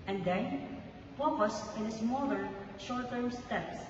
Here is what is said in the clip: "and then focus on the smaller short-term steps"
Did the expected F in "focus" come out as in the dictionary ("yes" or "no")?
no